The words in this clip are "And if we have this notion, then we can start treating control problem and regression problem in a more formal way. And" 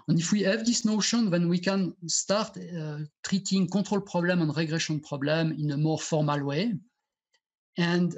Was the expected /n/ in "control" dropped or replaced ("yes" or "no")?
yes